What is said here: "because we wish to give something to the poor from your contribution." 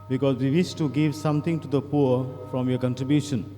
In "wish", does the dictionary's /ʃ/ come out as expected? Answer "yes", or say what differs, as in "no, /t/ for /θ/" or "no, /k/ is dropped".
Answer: no, /s/ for /ʃ/